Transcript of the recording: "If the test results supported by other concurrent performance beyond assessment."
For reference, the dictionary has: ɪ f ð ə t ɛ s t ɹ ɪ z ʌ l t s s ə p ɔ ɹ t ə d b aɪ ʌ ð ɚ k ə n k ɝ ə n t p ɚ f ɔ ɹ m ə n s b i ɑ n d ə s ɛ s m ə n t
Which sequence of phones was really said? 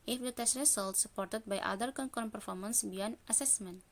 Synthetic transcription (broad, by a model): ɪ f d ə t ɛ s t ɹ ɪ s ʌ l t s s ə p ɔ ɹ t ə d b aɪ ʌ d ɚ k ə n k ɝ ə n p ɚ f ɔ ɹ m ə n s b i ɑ n ə s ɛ s m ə n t